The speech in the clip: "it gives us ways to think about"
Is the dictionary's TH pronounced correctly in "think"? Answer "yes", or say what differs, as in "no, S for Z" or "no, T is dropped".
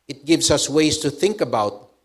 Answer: yes